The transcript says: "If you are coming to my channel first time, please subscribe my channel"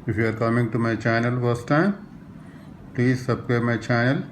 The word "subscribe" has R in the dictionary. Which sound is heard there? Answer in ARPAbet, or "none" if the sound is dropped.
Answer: none